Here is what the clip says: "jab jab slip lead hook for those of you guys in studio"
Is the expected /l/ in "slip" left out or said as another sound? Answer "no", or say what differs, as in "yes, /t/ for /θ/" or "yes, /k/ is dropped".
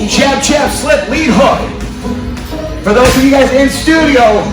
no